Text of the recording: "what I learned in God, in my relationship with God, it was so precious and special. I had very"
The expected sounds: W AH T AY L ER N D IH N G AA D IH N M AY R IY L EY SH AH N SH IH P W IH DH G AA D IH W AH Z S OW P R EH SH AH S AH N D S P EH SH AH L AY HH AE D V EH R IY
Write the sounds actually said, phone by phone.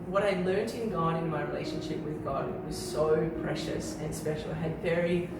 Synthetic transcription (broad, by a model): W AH T AY L ER N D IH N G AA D IH N M AY R IY L EY SH AH N SH IH P W IH DH G AA D W AH Z S OW P R EH SH AH S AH N S P EH SH L AY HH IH D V EH R IY